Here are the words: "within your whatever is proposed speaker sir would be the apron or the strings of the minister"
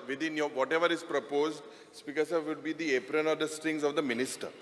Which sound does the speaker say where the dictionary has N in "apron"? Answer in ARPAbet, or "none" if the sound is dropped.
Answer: N